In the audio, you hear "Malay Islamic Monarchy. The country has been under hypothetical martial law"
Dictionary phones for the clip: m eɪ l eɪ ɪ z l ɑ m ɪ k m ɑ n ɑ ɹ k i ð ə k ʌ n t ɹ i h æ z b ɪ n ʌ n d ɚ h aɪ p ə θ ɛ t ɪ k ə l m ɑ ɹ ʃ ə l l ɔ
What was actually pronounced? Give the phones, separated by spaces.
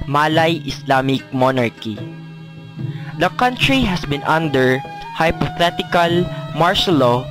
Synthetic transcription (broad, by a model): m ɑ l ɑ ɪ s l ɑ m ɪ k m ɑ n ɑ ɹ k i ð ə k ʌ n t ɹ i h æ s b ɪ n ʌ n d ɚ h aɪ p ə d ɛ t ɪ k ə l m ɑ ɹ s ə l l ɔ